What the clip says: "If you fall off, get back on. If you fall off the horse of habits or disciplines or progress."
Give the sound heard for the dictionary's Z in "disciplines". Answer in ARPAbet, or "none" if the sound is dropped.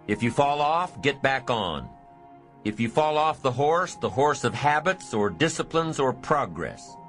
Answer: Z